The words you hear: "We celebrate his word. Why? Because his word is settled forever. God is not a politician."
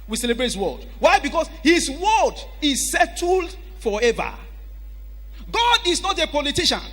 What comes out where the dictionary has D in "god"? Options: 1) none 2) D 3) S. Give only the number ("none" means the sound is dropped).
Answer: 2